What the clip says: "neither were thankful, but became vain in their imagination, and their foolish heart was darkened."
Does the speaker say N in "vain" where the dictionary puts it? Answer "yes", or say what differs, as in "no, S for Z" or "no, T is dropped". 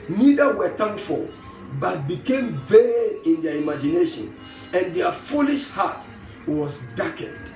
no, N is dropped